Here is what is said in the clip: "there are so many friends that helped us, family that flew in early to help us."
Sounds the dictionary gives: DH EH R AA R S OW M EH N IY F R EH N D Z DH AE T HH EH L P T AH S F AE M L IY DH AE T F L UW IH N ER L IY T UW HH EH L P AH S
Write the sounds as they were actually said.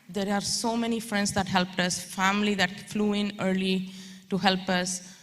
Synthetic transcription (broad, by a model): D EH R AA R S OW M EH N IY F R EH N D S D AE T HH EH L P T AH S F AE M L IY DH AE T F L UW IH N ER L IY T UW HH EH L P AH S